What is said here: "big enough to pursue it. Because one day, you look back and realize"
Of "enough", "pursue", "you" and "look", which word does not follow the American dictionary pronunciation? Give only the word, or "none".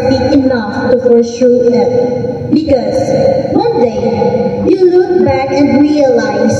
pursue